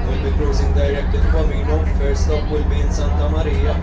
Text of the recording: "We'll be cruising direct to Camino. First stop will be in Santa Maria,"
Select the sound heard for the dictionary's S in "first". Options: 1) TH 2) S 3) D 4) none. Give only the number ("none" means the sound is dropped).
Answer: 4